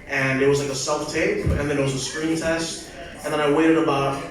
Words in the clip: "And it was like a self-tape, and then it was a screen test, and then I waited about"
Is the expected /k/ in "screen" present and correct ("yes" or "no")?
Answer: yes